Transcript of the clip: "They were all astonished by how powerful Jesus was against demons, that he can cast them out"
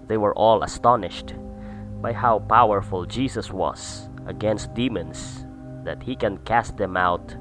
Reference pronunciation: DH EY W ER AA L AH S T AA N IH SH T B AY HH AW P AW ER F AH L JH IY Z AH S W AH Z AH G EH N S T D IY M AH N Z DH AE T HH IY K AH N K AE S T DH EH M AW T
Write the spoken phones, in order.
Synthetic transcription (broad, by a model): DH EY W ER AA L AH S T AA N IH SH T B AY HH AW P AW ER F AH L JH IY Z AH S W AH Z AH G EH N S T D IY M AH N S DH AE T HH IY K AH N K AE S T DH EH M AW T